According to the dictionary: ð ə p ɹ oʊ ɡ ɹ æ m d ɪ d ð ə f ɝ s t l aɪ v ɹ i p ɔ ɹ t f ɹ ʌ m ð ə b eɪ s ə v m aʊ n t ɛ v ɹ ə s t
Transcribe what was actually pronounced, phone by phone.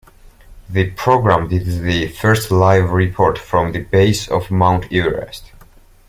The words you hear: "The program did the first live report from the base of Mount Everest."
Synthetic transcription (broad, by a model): ð ə p ɹ oʊ ɡ ɹ æ m d ɪ d ð ə f ɝ s t l aɪ v ɹ i p ɔ ɹ t f ɹ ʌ m ð ə b eɪ s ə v m aʊ n t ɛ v ɹ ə s t